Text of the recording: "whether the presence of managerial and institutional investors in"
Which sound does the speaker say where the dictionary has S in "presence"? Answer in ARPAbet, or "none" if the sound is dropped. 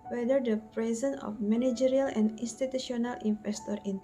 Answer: none